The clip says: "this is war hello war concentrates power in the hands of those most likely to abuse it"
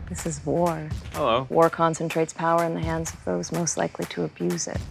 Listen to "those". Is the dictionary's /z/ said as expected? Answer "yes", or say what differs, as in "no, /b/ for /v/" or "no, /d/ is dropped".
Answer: yes